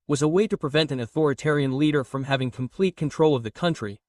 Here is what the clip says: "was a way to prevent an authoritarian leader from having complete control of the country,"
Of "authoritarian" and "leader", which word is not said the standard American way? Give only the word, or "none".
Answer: none